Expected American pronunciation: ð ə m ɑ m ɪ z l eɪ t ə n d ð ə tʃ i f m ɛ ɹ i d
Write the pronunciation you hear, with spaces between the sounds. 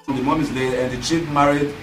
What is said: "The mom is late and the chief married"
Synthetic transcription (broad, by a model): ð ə m ɑ m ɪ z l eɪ ə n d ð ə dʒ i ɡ m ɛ ɹ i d